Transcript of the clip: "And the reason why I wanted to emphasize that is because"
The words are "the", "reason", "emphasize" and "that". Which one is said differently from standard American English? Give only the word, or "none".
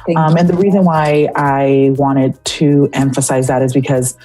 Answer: none